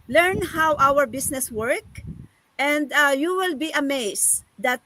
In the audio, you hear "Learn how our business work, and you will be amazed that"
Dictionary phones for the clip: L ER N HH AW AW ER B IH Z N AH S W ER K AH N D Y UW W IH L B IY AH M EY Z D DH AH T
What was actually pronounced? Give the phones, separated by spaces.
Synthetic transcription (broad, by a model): L ER N HH AW AW ER B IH S N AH S W ER K AH N D Y UW W IH L B IY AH M EY S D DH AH T